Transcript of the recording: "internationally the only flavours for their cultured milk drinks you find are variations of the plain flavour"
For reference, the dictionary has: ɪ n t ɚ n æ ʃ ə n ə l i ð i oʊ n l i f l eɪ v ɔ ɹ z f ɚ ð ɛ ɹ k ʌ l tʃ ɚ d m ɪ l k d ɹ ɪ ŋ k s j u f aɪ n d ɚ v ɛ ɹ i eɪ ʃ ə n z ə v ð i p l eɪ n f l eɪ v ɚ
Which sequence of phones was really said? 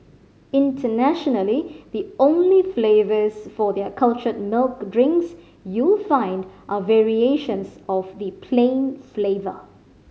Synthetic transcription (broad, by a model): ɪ n t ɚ n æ ʃ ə n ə l i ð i oʊ n l i f l eɪ v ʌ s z f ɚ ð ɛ k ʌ l tʃ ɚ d m ɪ l k d ɹ ɪ ŋ k s j u f aɪ n d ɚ v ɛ ɹ i eɪ ʃ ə n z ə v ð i p l eɪ n f l eɪ v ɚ